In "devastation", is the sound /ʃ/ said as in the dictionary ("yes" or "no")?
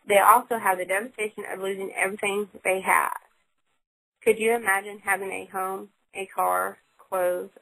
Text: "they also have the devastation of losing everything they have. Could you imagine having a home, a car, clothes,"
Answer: yes